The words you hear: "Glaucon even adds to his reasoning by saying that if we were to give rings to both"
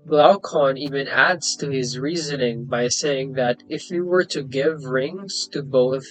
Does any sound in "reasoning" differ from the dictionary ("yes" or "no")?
no